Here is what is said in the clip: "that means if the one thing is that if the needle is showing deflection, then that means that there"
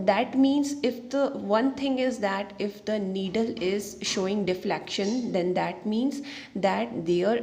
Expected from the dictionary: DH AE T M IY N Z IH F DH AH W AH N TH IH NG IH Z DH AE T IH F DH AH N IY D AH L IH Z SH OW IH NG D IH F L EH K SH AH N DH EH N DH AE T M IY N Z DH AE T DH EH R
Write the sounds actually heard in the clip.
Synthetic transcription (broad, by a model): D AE T M IY N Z IH F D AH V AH N T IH NG IH Z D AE T IH F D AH N IY D AH L IH Z SH OW IH NG D IH F L EH K SH AH N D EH N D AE T M IY N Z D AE T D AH R